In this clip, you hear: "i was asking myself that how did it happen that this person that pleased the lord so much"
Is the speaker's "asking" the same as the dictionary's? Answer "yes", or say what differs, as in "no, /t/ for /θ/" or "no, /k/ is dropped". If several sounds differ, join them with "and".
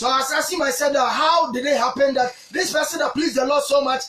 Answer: no, /k/ is dropped